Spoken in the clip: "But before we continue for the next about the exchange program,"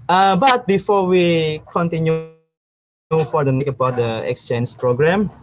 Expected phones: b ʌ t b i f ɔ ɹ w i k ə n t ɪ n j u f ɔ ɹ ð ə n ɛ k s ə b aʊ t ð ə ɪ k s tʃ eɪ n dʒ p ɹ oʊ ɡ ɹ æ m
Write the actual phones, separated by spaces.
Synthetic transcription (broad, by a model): b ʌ t b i f ɔ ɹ w i k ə n t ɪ n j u f ɔ ɹ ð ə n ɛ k ə b aʊ t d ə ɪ k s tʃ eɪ n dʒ p ɹ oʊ ɡ ɹ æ m